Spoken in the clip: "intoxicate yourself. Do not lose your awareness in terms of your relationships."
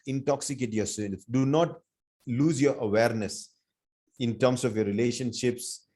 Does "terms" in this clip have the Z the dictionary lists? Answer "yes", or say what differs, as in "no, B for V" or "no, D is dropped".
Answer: no, S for Z